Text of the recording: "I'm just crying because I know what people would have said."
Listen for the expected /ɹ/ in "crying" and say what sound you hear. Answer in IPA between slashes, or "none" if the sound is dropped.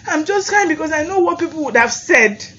none